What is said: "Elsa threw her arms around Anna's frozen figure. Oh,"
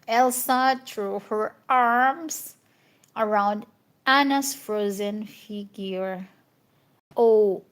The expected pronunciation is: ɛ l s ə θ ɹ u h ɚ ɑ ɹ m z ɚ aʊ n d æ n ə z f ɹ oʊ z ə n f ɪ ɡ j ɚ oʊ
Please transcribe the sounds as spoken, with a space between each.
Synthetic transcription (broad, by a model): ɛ l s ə t ɹ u h ɚ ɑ ɹ m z ɚ aʊ n d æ n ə s f ɹ oʊ z ə n f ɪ ɡ j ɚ oʊ